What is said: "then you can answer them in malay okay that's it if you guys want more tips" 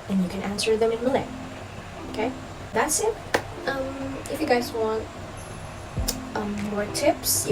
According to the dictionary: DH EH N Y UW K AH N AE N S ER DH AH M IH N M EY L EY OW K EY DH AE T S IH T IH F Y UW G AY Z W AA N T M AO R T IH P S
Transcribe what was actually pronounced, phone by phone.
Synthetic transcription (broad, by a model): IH N Y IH K AH N AE N S ER DH AH M IH N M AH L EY OW K EY DH AE T S IH T IH F Y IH G AY Z W AA N T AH AO R T IH P S